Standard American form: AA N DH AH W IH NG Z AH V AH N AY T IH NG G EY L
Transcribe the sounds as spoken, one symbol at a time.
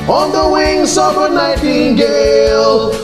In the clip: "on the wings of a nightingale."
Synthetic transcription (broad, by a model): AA N DH AH W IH NG S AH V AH N AY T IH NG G EY L